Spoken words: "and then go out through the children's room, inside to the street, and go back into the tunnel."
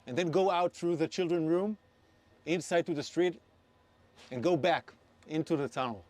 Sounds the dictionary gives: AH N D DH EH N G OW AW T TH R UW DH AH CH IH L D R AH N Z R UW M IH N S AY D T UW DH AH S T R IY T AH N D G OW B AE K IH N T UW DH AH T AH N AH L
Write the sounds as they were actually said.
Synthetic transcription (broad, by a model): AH N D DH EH N G OW AW T TH R UW DH AH CH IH L D R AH N R UW M IH N S AY D T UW DH AH S T R IY T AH N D G OW B AE K IH N T UW DH AH T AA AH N